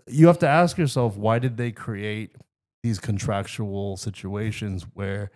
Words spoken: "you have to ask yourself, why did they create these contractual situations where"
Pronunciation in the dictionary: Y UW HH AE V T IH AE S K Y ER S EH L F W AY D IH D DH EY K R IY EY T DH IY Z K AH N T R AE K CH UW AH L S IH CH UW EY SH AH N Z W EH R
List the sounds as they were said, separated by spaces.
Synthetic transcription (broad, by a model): Y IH HH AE F T IH AE S K Y ER S EH L F W AY D IH D DH EY K R IY EY T DH IY Z K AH N T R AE K CH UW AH L S IH CH UW EY SH AH N Z W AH R